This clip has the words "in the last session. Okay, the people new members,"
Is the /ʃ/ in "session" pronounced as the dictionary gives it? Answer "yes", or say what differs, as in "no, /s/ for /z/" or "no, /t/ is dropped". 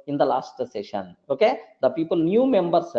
yes